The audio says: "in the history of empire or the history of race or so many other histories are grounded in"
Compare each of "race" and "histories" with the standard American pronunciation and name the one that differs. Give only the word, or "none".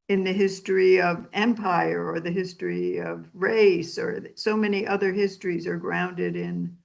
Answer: none